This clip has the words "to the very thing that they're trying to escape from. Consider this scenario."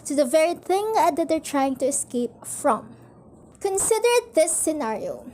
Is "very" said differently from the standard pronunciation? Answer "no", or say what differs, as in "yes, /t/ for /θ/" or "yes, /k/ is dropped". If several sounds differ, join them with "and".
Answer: no